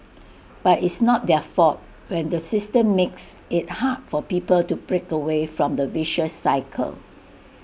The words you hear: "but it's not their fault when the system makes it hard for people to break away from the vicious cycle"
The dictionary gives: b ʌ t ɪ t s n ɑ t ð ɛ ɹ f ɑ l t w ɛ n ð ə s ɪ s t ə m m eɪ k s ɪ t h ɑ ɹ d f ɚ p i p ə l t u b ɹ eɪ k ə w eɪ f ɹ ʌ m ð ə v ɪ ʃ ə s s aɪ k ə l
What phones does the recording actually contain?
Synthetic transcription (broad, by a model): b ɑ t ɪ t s n ɑ t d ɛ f ɑ t w ɛ n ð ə s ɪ s t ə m m eɪ k s ɪ t h ɑ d f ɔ p i p ə l t u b ɹ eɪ k ə w eɪ f ɹ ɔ m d ə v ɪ ʃ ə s s aɪ k ə l